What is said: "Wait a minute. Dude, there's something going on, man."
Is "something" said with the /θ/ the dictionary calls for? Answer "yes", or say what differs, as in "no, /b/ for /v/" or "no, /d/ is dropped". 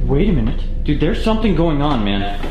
yes